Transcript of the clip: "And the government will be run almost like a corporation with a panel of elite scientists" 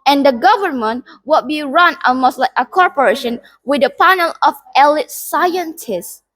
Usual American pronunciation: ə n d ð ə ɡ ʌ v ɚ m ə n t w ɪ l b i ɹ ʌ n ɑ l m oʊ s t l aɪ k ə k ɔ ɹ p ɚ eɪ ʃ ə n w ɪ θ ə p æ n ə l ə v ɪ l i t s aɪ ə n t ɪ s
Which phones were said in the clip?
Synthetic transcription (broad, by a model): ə n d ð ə ɡ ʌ v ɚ m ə n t w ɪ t b i ɹ ʌ n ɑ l m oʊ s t l aɪ k ə k ɔ ɹ p ɚ eɪ ʃ ə n w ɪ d ə p æ n ə l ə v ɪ l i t s aɪ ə n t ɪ s